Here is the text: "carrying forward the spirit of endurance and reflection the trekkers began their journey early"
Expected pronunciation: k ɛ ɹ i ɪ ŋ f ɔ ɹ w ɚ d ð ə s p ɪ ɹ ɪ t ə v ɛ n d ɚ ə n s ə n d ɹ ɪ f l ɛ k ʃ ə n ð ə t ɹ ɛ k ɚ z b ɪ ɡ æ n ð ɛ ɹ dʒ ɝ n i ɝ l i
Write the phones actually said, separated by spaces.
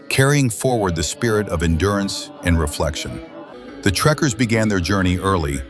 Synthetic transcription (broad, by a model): k ɛ ɹ i ɪ ŋ f ɔ ɹ w ɚ d ð ə s p ɪ ɹ ɪ t ə v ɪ n d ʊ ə n s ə n ɹ ɪ f l ɛ k ʃ ə n ð ə t ɹ ɛ k ɚ z b ɪ ɡ æ n ð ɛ ɹ dʒ ɝ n i ɝ l i